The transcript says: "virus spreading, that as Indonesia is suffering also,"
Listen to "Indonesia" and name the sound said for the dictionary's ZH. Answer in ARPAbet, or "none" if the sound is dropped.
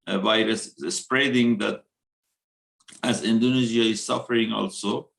Z